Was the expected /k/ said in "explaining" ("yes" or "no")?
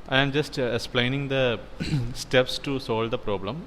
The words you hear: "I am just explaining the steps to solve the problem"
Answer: yes